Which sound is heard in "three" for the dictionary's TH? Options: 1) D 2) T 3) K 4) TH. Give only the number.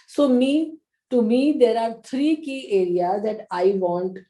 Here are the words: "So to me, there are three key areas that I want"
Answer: 2